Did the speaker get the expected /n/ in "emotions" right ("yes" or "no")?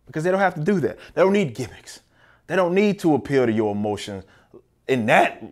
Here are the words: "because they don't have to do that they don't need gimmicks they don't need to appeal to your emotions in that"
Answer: yes